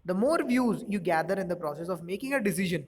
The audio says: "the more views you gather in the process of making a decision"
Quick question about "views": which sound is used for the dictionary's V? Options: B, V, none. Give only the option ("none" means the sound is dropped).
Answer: V